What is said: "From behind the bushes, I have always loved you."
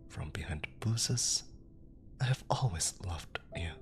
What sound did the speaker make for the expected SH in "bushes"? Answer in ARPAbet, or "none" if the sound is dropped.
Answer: S